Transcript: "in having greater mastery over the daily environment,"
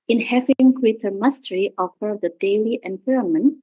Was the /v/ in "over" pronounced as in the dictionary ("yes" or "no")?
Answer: no